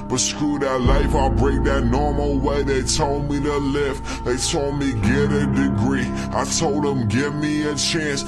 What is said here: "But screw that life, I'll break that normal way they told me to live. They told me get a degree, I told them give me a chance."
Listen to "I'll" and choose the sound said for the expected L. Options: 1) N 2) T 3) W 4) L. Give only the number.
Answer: 4